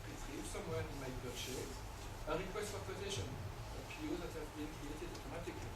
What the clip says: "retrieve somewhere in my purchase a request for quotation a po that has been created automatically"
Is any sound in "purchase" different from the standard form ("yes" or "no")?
yes